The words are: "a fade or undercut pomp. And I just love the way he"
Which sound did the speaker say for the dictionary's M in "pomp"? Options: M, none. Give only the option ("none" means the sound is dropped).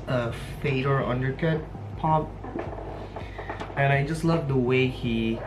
none